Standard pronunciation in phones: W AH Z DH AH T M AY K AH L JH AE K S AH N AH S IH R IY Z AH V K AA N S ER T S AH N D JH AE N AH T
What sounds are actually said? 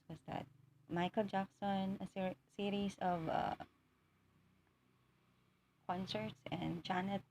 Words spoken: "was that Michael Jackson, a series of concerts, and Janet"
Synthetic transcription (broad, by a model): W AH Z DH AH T M AY K AH L JH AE K S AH N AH S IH R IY S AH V K AA N S ER T S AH N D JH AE N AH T